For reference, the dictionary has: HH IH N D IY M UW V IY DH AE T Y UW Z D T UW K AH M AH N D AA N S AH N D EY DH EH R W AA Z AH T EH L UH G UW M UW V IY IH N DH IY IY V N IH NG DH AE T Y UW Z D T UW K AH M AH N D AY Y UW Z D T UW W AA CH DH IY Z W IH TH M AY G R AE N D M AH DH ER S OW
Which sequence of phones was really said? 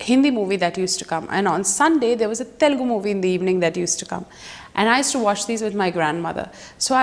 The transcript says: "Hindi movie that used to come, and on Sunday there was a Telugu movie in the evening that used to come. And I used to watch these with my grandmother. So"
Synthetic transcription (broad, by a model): HH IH N D IY M UW V IY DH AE T Y UW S T UW K AH M AH N D AA N S AH N D EY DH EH R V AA Z AH T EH L G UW M UW V IY IH N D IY IY V N IH NG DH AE T Y UW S T UW K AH M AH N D AY Y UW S T UW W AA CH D IY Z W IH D M AY G R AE N D M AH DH ER S OW